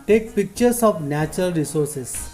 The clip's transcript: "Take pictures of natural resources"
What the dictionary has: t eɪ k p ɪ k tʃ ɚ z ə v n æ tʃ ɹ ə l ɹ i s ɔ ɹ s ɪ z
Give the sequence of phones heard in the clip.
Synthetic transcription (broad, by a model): t eɪ k p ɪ k tʃ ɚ s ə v n æ tʃ ɹ ə l ɹ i s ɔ ɹ s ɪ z